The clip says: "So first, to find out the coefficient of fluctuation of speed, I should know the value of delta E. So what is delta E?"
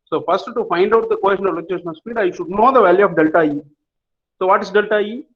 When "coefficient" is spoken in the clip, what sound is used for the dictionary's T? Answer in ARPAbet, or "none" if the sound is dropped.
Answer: none